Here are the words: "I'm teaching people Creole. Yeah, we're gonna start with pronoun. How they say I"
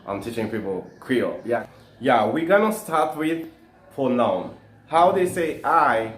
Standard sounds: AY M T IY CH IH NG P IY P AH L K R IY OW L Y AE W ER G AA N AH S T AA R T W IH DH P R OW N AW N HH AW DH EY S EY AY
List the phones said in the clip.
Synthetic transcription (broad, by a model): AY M T IY CH IH NG P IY P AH L K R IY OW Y Y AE W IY G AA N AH S T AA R T W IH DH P OW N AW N HH AW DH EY S EY AY